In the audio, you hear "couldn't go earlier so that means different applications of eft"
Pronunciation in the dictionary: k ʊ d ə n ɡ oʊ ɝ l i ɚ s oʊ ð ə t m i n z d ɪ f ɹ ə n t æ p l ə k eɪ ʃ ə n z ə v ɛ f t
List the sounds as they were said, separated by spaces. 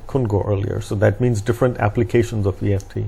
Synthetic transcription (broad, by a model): k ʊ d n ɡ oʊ ɝ l i ɚ s oʊ ð ə t m i n z d ɪ f ɹ ə n t æ p l ə k eɪ ʃ ə n z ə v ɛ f t